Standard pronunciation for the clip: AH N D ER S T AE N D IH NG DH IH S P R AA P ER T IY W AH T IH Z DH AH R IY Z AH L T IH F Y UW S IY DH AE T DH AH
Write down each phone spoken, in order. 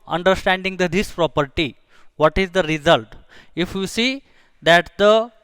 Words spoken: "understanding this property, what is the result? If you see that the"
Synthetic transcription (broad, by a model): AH N D ER S T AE N D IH NG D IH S P R AA P ER T IY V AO T IH Z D AH R IY Z AH L T IH F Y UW S IY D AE T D AH